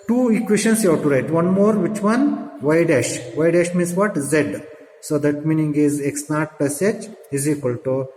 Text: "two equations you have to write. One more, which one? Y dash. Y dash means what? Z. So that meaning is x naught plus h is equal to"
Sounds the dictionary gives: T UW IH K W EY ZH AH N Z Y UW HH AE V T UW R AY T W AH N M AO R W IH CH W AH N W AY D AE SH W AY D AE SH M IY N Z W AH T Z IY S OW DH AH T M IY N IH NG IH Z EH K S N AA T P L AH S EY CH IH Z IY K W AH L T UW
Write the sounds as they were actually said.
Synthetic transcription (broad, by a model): T UW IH K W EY SH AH N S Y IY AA T UW R AY T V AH N M AO R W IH CH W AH N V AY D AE SH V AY D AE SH M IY N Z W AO T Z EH S OW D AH T M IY N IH NG IH Z EH K S N AA T P AH S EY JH IH Z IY K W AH L T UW